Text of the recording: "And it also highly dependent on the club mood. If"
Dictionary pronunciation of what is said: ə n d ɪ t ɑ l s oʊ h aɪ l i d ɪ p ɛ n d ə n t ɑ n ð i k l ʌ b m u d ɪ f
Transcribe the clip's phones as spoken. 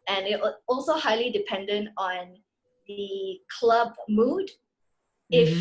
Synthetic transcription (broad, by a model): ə n ɪ t ɑ l s oʊ h aɪ l i d ɪ p ɛ n d ə n t ɑ n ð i k l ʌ b m u d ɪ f